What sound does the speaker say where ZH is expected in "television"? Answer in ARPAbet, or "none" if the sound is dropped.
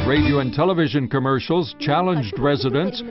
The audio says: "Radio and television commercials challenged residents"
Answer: ZH